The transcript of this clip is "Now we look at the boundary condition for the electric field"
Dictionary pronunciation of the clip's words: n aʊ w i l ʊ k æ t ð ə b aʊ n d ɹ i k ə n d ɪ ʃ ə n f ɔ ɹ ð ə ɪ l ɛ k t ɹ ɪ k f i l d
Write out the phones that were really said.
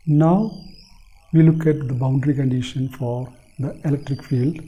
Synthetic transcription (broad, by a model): n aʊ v i l ʊ k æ t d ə b aʊ n d ɹ i k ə n d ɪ ʃ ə n f ɔ ɹ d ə ɪ l ɛ k t ɹ ɪ k f i l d